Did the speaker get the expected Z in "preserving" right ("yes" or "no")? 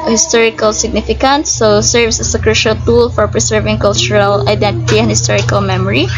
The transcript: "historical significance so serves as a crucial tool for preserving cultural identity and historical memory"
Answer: no